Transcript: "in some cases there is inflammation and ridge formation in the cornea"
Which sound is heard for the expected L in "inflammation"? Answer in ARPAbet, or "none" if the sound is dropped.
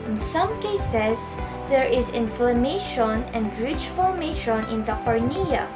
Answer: L